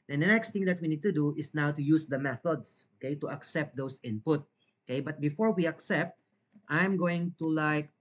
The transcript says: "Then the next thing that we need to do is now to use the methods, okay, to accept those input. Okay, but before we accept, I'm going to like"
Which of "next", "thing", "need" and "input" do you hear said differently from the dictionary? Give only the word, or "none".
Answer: thing